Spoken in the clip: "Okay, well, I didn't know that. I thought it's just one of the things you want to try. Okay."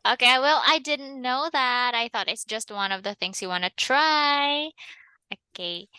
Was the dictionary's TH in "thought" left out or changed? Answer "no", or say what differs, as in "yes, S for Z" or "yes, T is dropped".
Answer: no